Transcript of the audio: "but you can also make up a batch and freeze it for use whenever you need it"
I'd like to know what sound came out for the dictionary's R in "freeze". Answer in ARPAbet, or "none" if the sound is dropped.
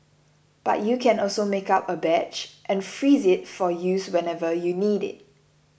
R